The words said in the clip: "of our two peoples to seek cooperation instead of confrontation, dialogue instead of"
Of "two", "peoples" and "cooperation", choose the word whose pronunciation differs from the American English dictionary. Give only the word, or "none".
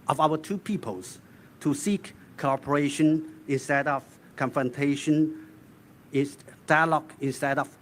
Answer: peoples